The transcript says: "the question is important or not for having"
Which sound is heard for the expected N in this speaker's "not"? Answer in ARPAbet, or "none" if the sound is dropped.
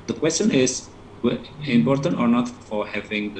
N